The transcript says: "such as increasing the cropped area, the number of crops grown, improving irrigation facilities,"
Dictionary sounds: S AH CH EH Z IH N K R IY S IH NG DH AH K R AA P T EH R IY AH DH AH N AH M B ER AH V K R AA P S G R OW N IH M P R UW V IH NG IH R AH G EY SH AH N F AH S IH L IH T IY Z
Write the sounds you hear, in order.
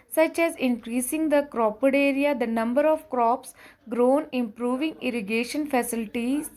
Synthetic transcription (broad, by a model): S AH CH EH Z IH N K R IY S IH NG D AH K R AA P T EH R IY AH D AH N AH M B ER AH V K R AA P S G R OW N IH M P R UW V IH NG IH R AH G EY SH AH N F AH S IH L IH T IY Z